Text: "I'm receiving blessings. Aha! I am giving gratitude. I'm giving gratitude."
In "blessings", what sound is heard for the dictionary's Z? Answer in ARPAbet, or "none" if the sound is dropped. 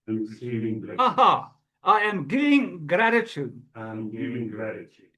none